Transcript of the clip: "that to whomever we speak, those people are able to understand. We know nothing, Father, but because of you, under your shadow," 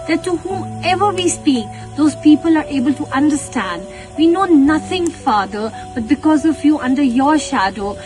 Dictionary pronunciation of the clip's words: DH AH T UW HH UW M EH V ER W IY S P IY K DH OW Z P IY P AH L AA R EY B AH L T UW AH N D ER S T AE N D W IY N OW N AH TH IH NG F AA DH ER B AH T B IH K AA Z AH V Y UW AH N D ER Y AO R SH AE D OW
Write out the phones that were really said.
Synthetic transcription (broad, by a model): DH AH T UW HH UW EH V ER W IY S P IY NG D OW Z P IY P AH L AA R EY B AH L T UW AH N D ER S T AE N D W IY N OW N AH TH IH NG F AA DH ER B AH T B IH K AA Z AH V Y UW AH N D ER Y AO R SH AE D OW